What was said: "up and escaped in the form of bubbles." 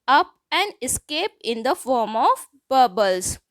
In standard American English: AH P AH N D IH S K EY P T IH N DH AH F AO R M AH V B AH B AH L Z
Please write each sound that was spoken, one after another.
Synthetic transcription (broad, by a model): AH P AH N D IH S K EY P IH N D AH F AO R M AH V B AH B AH L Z